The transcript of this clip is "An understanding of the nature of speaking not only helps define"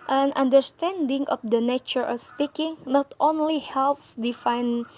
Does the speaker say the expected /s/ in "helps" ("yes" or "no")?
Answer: yes